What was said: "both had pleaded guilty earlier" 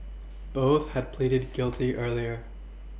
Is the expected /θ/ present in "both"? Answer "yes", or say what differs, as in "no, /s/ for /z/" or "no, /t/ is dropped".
yes